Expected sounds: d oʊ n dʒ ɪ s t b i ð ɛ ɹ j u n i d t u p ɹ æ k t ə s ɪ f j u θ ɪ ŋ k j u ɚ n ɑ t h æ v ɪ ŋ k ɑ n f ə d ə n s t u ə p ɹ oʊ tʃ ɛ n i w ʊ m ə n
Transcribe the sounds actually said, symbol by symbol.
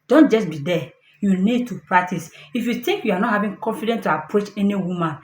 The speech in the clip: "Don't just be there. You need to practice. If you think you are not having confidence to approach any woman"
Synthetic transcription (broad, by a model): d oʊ n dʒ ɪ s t b i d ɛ j u n i d t u p ɹ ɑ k t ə s ɪ f j u t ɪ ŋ k j u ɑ n ɑ t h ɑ v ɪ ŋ k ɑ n f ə d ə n t u ə p ɹ oʊ tʃ ɛ n i w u m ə n